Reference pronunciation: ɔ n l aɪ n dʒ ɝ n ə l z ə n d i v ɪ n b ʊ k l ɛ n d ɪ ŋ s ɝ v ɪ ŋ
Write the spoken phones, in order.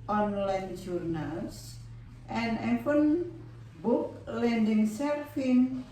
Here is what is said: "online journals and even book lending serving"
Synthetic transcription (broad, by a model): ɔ n l aɪ n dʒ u n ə l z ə n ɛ f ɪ n b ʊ k l ɛ n d ɪ ŋ s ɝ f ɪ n